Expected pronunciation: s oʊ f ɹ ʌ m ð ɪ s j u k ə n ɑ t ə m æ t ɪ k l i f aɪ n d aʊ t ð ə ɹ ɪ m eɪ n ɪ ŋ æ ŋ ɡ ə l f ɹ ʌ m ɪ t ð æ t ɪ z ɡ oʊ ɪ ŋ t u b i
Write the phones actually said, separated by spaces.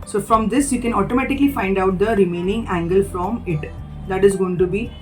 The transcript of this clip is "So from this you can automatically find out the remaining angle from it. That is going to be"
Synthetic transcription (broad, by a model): s oʊ f ɹ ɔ m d ɪ s j u k ə n ɑ t ə m æ t ɪ k l i f aɪ n d aʊ t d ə ɹ ɪ m eɪ n ɪ ŋ æ ŋ ɡ ə l f ɹ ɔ m ɪ t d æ t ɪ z ɡ oʊ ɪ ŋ t u b i